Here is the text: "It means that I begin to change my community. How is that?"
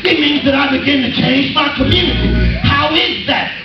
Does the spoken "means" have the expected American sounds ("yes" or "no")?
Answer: yes